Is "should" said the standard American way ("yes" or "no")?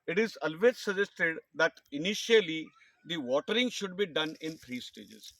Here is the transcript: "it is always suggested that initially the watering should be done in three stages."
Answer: yes